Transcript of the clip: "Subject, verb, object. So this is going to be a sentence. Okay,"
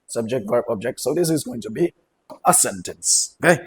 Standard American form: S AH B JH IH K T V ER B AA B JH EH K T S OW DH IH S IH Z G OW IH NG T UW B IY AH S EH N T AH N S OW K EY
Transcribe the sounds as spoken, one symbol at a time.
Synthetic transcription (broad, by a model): S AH B JH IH K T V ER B AA B JH EH K T S OW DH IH S IH Z G OW IH NG T UW B IY AH S EH N T AH N S OW K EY